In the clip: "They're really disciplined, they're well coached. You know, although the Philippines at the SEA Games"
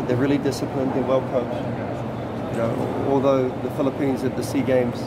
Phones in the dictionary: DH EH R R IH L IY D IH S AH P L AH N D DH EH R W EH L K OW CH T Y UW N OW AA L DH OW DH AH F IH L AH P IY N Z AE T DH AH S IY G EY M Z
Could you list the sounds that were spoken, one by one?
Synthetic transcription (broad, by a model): DH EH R R IH L IY D IH S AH P L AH N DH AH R W EH L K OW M Y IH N OW AA L DH OW DH AH F IH L AH P IY N Z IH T DH AH S IY G EY M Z